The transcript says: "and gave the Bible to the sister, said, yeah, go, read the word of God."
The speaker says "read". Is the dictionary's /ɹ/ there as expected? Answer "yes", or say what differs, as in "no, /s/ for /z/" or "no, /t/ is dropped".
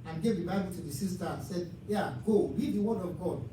no, /l/ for /ɹ/